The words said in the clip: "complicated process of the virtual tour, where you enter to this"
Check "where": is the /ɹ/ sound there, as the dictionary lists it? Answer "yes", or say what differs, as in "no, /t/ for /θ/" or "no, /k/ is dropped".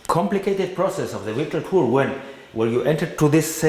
no, /l/ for /ɹ/